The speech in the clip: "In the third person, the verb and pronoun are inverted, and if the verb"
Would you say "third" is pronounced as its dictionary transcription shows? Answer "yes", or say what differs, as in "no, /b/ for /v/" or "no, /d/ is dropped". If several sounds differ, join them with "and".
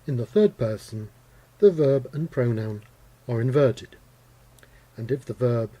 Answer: yes